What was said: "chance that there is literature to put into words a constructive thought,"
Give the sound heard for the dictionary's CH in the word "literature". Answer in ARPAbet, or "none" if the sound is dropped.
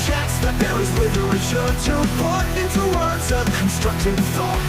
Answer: SH